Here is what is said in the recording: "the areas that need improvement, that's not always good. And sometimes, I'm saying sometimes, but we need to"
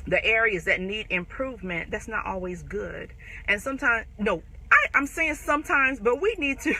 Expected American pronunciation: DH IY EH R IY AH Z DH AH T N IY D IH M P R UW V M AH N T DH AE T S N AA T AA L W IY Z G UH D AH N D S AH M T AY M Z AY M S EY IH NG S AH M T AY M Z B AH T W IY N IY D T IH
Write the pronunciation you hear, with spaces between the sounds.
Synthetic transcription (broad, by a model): DH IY EH R IY AH Z DH AH T N IY D IH M P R UW V M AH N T DH AE T S N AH T AA L W IY Z G UH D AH N S AH M T AY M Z AY M S EY IH NG S AH M T AY M Z B AH T W IY N IY D T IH